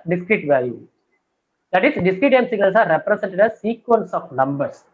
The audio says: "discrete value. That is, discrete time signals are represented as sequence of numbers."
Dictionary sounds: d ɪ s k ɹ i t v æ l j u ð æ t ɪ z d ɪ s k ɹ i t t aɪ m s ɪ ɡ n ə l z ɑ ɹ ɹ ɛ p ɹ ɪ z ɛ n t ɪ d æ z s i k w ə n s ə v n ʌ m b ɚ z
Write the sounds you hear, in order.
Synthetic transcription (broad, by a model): d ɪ s k ɹ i t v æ j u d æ t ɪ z d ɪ s k ɹ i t t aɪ m s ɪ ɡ n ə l s ɑ ɹ ɹ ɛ p ɹ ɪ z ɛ n t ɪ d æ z s i k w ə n s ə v n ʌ m b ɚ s